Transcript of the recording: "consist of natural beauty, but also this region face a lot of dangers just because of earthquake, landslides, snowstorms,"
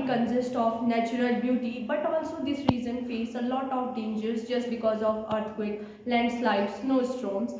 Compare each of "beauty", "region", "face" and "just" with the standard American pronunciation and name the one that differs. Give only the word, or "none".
region